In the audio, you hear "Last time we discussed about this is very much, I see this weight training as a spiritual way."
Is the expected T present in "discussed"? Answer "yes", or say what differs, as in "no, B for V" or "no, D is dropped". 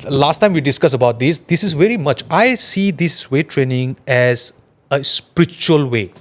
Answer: no, T is dropped